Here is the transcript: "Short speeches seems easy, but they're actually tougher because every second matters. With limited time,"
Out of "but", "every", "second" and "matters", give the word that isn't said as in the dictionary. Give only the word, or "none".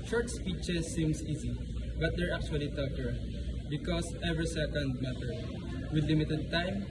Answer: matters